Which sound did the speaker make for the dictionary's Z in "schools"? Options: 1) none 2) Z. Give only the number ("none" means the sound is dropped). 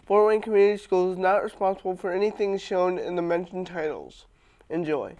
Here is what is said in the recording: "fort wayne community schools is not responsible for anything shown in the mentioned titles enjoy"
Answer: 1